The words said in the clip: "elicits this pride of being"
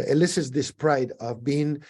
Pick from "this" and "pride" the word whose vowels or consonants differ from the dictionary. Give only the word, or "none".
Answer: none